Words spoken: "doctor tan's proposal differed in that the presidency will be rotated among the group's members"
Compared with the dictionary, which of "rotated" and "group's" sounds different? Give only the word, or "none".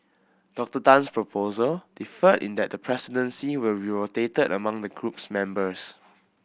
none